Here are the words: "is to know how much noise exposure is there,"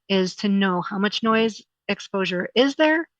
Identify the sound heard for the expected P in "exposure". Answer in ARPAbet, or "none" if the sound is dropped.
P